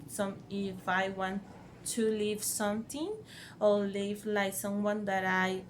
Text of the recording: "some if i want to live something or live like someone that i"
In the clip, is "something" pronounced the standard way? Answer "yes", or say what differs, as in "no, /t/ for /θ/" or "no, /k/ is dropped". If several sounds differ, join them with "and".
no, /t/ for /θ/